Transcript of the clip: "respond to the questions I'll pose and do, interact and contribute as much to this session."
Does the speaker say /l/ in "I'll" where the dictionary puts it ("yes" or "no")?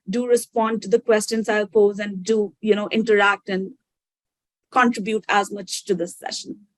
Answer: yes